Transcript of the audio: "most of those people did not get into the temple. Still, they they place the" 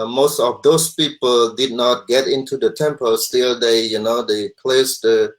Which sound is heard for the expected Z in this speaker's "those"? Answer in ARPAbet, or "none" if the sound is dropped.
S